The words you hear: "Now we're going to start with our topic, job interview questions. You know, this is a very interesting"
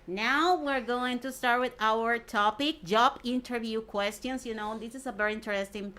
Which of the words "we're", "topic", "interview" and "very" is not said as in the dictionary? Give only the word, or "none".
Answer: none